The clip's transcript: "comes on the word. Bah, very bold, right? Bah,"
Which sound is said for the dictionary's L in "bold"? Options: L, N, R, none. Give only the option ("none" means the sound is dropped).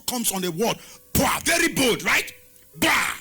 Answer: none